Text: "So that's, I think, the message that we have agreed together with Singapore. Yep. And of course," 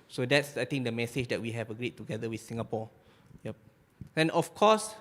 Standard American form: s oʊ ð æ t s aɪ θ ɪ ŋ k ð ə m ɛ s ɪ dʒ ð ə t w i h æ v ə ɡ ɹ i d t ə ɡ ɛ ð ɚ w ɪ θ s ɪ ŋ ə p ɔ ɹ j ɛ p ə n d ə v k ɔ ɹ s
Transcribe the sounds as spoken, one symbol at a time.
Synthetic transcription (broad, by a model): s oʊ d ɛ t s aɪ t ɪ ŋ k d ə m ɛ s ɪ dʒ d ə t w i h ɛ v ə ɡ ɹ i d t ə ɡ ɛ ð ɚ w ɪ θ s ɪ ŋ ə p ɔ j ɛ p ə n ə f k ɔ s